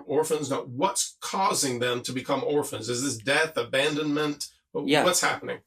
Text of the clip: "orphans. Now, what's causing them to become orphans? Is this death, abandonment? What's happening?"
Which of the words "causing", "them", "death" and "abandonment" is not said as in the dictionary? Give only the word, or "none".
none